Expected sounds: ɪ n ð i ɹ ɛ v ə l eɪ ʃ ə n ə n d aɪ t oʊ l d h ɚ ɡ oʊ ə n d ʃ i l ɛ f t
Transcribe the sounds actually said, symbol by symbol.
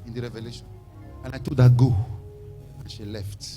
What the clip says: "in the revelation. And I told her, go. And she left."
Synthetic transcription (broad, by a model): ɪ n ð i ɹ ɛ v ə l eɪ ʃ ə n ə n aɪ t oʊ d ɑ ɡ oʊ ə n ʃ i l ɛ f t